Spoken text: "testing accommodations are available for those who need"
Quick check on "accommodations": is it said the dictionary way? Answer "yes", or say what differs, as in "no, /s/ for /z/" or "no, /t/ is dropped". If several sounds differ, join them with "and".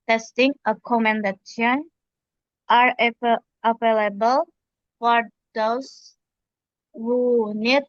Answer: no, /z/ is dropped